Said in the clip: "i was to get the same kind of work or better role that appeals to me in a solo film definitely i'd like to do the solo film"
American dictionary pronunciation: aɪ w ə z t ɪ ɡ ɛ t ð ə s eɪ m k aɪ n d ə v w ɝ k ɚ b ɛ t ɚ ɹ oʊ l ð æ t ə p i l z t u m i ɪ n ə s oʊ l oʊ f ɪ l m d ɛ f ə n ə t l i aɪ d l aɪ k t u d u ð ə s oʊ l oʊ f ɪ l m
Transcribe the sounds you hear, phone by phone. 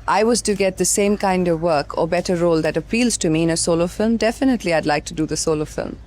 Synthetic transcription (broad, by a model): aɪ w ə z t ɪ ɡ ɛ t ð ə s eɪ m k aɪ n d ə v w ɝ k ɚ b ɛ t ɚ ɹ oʊ l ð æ t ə p i l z t u m i ɪ n ə s oʊ l oʊ f ɪ l m d ɛ f ə n ə t l i aɪ d l aɪ k t u d u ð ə s oʊ l oʊ f ɪ l m